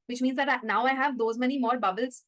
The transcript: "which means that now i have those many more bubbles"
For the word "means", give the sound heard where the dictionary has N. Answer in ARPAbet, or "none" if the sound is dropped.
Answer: N